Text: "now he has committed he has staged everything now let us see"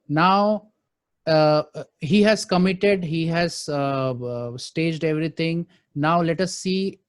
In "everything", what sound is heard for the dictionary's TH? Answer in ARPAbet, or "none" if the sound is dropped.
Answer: T